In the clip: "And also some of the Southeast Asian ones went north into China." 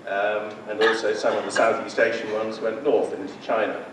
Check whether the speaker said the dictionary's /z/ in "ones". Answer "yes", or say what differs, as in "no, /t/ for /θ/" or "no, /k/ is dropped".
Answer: yes